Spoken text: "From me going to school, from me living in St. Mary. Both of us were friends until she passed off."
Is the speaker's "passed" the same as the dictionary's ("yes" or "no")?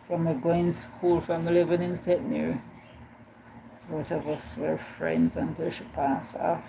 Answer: no